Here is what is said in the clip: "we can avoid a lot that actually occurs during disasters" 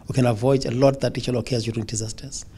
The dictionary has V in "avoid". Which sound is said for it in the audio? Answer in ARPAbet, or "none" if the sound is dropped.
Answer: V